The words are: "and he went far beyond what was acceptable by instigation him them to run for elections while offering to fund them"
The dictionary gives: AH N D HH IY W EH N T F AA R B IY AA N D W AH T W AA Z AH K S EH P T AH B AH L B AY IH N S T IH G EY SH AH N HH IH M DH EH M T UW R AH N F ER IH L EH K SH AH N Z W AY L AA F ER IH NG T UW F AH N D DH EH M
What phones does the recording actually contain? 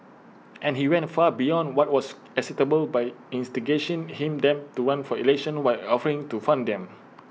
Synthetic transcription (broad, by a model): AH N HH IY W EH N T F AA B IY AA N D W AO T W AA S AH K S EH T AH B AH L B AY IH N S T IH G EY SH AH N HH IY M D EH M T UW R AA N F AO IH L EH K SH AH N W AY L AA F ER IH NG T UW F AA N D EH M